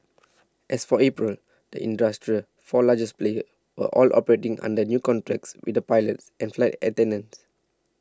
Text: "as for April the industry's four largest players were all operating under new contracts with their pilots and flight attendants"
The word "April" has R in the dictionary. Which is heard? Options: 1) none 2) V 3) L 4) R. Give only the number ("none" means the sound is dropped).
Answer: 4